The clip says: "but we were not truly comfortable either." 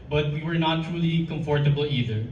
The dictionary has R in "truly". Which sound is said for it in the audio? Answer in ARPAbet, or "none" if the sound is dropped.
R